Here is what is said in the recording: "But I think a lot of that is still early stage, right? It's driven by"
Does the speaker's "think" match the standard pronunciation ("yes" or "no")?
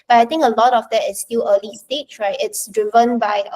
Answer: no